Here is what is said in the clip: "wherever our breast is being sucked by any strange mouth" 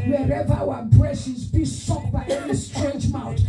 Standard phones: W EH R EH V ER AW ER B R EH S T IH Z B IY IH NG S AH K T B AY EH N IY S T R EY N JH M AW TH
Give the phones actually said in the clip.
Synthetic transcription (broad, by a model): W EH R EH V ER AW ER B R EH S IH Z B IY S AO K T B AY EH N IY S T R EY N JH M AW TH